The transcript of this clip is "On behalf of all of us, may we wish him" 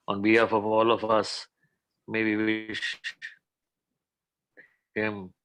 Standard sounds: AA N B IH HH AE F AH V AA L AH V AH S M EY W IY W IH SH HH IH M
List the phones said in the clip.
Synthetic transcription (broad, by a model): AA N B IH HH AE F AH V AA L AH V AH S M EY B IY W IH SH HH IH M